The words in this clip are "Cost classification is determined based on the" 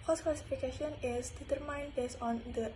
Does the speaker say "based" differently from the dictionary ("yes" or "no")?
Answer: yes